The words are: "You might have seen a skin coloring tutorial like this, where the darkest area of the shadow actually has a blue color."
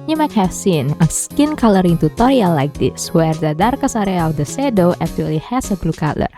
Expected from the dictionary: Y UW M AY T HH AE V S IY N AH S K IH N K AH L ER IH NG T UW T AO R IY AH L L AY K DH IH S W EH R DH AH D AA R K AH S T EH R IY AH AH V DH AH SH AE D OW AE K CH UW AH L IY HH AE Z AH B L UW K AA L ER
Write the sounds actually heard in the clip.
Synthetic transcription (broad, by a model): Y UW M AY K HH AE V S IY N AH S K IH N K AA L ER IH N T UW T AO R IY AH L L AY K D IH S W EH R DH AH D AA R K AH S AA R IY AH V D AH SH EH D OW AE K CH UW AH L IY HH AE S AH B L UW K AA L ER